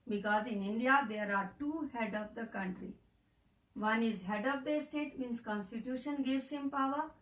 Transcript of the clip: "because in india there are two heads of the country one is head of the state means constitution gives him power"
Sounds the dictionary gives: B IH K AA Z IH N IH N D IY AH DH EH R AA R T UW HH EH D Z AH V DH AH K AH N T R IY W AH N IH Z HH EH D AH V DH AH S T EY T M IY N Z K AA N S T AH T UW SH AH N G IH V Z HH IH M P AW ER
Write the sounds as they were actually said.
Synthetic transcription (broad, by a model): B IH K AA Z IH N IH N D IY AH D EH R AA R T UW HH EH D AH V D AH K AH N T R IY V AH N IH Z HH EH D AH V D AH S T EY T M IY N S K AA N S T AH T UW SH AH N G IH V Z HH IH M P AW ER